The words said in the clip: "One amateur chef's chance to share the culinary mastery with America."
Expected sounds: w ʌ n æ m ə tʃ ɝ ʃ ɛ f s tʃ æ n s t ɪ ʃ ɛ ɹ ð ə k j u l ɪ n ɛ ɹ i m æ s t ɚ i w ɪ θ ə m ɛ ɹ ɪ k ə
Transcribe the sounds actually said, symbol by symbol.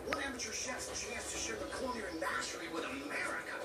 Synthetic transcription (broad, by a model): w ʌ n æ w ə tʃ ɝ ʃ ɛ s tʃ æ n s t ɪ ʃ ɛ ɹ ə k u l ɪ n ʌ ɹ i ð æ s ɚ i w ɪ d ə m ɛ ɹ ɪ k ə